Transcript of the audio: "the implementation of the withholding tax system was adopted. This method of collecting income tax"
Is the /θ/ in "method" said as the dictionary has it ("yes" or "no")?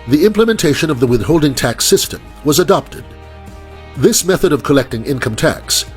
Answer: yes